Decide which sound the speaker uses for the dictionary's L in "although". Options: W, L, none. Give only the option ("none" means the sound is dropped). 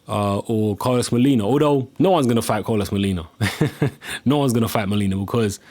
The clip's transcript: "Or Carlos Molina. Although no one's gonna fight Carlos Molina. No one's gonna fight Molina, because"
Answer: none